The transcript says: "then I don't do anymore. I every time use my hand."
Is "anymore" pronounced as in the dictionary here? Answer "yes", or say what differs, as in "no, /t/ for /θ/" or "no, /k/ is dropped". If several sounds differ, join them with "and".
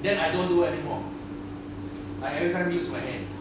no, /l/ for /ɹ/